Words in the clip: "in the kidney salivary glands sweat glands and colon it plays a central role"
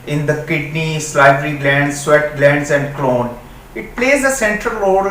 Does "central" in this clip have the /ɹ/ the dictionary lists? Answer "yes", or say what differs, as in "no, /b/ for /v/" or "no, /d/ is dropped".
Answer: yes